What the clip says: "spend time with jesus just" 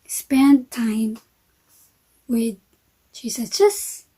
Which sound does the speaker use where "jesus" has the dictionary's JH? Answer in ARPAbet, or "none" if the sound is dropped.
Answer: CH